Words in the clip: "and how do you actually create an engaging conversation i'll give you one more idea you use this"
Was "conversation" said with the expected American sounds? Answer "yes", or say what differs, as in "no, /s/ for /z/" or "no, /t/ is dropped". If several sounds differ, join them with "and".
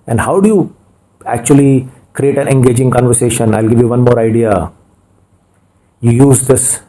yes